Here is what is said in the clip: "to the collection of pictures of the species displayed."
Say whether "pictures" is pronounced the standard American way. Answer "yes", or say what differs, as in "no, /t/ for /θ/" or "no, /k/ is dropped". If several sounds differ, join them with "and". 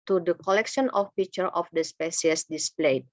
no, /z/ is dropped